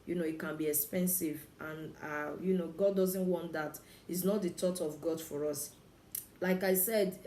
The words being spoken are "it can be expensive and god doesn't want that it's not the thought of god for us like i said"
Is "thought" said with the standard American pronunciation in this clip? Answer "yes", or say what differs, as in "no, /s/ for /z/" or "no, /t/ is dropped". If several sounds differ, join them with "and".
no, /t/ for /θ/